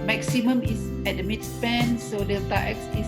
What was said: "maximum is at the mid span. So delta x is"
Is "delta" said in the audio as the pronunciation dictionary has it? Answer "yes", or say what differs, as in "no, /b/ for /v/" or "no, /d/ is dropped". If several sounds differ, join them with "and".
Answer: no, /l/ is dropped